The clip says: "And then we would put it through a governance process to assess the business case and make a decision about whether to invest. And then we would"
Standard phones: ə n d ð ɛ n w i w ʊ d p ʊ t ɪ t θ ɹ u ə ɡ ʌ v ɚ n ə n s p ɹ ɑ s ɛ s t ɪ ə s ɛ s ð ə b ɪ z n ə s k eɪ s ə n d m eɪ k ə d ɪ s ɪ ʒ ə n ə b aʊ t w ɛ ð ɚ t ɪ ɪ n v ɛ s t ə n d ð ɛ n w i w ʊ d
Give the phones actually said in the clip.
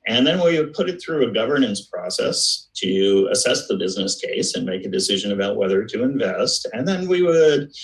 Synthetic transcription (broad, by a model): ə n ð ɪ n w i w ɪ d p ʊ t ɪ t θ ɹ u ə ɡ ʌ v ɚ n ə n s p ɹ ɑ s ɛ s t ɪ ə s ɛ s ð ə b ɪ z n ə s k eɪ s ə n m eɪ k ə d ɪ s ɪ ʒ ə n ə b aʊ t w ɛ ð ɚ t ɪ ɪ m v ɛ s t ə n ð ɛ n w i w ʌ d